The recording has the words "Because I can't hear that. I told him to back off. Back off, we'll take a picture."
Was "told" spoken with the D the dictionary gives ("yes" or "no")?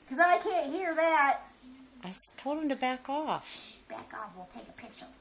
no